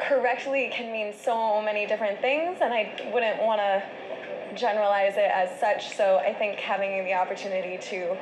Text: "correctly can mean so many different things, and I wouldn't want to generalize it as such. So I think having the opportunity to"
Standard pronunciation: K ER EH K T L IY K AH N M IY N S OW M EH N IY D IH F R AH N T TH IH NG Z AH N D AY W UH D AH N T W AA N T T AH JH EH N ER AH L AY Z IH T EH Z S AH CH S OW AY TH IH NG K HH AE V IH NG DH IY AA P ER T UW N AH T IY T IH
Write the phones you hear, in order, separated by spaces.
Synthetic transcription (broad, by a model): K ER EH K T L IY K AH N M IY N S OW M EH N IY D IH F R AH N TH IH NG Z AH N AY W UH D N T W AA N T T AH JH EH N ER AH L AY Z IH T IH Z S AH CH S OW AY TH IH NG K HH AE V IH NG DH IY AA P ER T UW N AH T IY T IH